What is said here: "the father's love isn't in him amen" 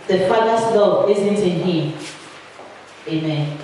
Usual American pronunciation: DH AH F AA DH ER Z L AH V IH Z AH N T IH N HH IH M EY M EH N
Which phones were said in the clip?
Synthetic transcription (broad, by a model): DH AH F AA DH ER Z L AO IH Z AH N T IH N HH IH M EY M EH N